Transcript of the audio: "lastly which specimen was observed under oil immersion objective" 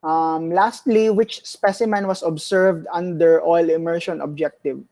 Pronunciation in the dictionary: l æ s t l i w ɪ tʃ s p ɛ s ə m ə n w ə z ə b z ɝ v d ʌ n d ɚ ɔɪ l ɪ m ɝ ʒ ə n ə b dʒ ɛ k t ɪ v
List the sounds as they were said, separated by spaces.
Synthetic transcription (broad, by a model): l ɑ s t l i w ɪ tʃ s p ɛ s ə m ə n w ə s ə b s ɝ v d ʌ n d ɚ ɔɪ l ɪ m ɝ ʃ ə n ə b dʒ ɛ k t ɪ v